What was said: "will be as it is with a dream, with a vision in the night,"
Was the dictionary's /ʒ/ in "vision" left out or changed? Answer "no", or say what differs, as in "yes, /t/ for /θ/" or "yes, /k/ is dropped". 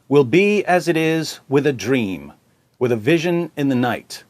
no